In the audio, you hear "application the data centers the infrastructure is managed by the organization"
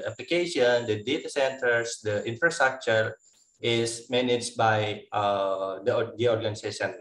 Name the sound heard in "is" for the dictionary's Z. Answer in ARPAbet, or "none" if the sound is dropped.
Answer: S